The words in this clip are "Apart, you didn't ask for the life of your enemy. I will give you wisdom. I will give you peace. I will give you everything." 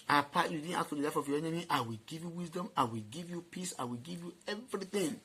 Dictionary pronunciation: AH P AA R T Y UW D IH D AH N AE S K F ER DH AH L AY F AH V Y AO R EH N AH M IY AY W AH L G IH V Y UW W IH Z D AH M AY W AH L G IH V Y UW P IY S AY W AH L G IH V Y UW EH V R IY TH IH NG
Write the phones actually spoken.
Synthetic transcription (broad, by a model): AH P AA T Y UW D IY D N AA K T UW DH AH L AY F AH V Y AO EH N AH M IY AY W AH L G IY V Y UW W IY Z D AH M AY W AH L G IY V Y UW P IY S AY W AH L G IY V Y UW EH V R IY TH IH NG